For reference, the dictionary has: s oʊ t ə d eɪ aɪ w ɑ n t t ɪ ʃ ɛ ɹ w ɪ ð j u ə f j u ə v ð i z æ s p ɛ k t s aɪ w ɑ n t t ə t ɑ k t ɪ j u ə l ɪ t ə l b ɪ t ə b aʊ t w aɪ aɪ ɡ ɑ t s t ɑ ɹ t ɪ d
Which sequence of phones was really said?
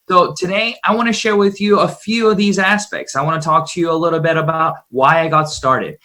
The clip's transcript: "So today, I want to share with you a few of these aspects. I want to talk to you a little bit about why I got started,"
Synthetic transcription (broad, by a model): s oʊ t ə d eɪ aɪ w ɑ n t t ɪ ʃ ɛ ɹ w ɪ ð j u ə f j u ə v ð i z æ s p ɛ k t s aɪ w ɑ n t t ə t ɑ k t ɪ j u ə l ɪ t l b ɪ t ə b aʊ t w aɪ aɪ ɡ ɑ t s t ɑ ɹ t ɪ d